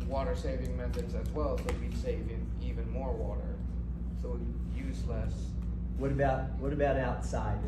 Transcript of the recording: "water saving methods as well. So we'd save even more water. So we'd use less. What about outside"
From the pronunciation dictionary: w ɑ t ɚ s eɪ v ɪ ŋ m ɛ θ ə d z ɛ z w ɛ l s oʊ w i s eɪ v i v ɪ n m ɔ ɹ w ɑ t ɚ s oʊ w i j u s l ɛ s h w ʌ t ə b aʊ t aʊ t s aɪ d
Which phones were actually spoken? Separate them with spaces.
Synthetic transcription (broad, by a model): w ɑ t ɚ s eɪ v ɪ ŋ m ɛ θ ə d z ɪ z w ɛ l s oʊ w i s eɪ v i v ɪ n m ɔ ɹ w ɑ t ɚ s oʊ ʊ j u s l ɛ s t w ʌ t ə b aʊ t aʊ t s aɪ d